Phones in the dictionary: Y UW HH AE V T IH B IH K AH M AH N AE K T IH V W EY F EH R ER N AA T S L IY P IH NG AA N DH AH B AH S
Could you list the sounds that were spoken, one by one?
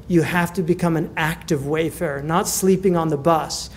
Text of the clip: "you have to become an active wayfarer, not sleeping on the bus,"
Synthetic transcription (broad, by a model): Y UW HH AE F T IH B IH K AH M AH N AE K T IH V W EY F EH R N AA T S L IY P IH NG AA N DH AH B AH S